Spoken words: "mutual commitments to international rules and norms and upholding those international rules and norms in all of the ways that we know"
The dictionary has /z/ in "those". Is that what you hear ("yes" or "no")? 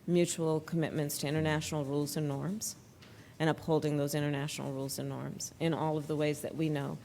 yes